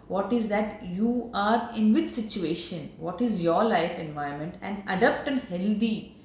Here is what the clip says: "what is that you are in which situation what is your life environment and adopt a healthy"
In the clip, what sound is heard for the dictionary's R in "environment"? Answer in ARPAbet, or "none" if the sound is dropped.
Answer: none